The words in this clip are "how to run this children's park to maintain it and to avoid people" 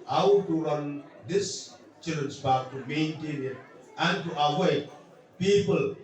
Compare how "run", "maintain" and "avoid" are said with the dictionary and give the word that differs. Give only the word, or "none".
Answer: avoid